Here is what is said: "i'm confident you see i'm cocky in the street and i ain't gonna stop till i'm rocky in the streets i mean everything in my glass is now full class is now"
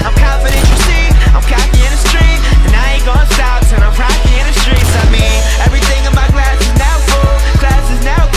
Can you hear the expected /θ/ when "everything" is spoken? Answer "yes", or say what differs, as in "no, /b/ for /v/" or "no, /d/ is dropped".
yes